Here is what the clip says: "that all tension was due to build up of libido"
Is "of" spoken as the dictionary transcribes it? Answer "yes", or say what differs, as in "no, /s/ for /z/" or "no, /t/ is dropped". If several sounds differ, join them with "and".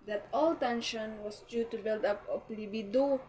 no, /p/ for /v/